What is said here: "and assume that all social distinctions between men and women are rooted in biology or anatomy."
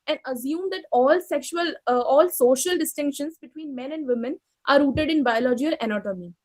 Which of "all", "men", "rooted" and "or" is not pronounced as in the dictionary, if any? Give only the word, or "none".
or